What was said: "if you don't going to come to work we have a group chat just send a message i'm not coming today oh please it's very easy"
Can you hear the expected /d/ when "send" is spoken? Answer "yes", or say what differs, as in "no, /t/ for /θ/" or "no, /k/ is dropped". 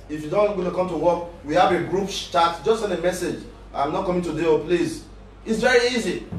no, /d/ is dropped